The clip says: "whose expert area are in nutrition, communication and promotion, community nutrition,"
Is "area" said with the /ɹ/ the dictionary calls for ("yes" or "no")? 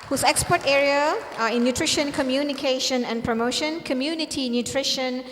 yes